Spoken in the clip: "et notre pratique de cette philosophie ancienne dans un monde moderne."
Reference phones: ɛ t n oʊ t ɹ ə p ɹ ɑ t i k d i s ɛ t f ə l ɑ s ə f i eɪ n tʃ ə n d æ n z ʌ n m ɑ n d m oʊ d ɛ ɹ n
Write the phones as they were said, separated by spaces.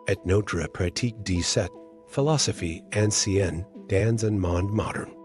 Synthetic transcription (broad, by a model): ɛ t n oʊ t ɹ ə p ɹ ɑ t i k d i s ɛ t f ə l ɑ s ə f i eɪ n s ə n d æ n z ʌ n m ɑ n d m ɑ d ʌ ɹ n